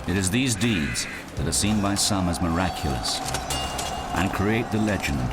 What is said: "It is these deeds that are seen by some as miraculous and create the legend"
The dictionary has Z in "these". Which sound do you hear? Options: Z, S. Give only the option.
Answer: Z